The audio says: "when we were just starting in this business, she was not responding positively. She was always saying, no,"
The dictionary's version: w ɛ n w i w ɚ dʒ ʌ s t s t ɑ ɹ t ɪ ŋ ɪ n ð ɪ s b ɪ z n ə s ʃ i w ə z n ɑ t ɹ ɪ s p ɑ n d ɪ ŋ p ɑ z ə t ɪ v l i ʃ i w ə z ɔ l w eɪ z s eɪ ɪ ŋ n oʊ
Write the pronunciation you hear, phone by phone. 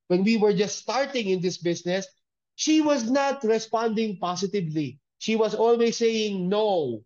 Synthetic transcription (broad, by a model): w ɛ n w i w ɚ dʒ ʌ s t s t ɑ ɹ t ɪ ŋ ɪ n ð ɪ s b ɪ s n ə s ʃ i w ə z n ɑ t ɹ ɪ s p ɑ n d ɪ ŋ p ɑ s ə t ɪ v l i ʃ i w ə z ɔ l w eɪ s eɪ ɪ ŋ n oʊ